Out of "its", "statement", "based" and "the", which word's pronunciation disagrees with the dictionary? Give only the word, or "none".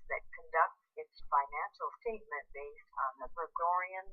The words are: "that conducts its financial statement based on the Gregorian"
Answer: statement